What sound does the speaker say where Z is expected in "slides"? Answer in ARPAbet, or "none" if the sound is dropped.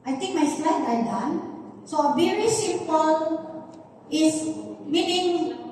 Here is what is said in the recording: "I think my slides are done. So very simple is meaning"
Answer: none